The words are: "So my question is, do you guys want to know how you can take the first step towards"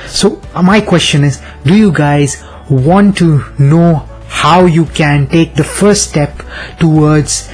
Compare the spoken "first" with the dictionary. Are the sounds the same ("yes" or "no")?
no